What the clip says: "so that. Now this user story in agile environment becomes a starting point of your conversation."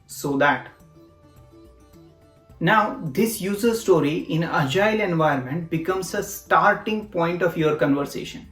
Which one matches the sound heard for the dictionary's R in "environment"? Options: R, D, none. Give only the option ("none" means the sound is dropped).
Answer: none